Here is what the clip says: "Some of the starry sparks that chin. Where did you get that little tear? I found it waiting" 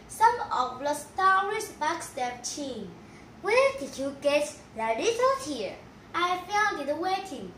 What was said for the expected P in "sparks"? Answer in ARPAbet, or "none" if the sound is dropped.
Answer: B